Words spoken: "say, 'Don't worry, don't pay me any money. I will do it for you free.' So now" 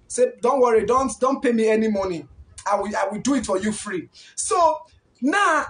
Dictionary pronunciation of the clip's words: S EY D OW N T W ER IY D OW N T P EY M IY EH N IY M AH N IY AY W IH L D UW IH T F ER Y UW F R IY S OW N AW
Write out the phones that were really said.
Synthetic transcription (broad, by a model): S EY D OW N T W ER IY D OW N T P EY M IY EH N IY M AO N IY AY W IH W D UW IH T F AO Y UW F R IY S OW N AW